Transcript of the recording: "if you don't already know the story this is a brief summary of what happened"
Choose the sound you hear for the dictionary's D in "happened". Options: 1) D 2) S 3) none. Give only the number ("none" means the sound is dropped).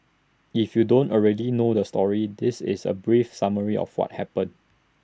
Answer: 3